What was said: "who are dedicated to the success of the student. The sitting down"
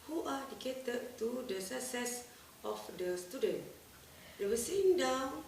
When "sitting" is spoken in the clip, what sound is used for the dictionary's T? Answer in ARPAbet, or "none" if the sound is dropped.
S